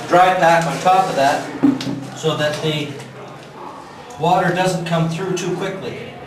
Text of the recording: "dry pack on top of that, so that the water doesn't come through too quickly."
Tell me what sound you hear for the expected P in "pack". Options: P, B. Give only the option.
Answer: B